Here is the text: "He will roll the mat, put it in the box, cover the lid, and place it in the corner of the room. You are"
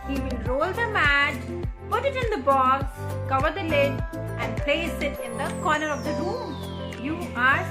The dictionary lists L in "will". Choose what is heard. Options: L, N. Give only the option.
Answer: N